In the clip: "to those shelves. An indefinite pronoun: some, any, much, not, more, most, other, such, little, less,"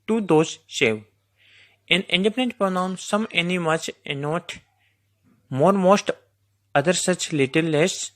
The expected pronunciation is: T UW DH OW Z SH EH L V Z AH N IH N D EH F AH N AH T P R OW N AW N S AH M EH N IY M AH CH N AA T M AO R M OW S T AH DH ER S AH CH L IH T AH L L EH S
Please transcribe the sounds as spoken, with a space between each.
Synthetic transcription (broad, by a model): T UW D OW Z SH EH V AH N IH N D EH P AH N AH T P R OW N AW N S AH M EH N IY M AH CH N AA T M AO R M OW S T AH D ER S AH CH L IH T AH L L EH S